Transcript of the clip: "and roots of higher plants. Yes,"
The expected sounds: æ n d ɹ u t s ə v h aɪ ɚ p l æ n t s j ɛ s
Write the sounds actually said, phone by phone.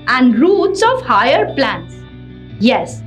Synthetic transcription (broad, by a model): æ n d ɹ u t s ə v h aɪ ɚ p l æ n t s j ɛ s